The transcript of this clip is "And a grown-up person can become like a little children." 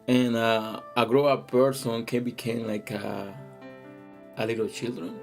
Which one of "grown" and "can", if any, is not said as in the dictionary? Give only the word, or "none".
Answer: grown